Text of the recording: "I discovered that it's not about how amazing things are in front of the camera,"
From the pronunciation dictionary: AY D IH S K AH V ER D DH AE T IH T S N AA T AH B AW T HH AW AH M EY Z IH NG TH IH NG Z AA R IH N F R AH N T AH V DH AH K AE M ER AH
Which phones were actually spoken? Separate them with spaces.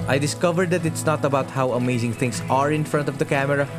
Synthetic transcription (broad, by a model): AY D IH S K AH V ER D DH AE T IH T S N AA T AH B AW T HH AW AH M EY Z IH NG T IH NG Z AA R IH N F R AH N T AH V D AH K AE M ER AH